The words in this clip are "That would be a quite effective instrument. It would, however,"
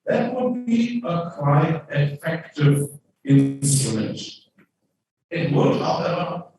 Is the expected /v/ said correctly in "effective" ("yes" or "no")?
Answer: yes